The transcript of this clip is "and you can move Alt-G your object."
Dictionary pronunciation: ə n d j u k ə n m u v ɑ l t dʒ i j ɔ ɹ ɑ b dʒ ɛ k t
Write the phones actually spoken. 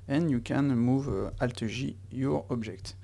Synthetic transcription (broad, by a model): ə n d j u k ə n m u v ɑ l t ʒ i j ɔ ɹ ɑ b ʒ ɛ k t